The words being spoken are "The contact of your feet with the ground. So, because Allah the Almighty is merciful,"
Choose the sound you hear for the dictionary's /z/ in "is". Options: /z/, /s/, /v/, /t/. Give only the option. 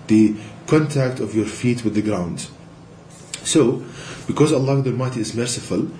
/z/